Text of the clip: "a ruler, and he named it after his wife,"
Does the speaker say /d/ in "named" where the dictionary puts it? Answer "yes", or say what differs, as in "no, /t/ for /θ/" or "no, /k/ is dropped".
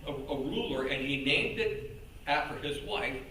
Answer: yes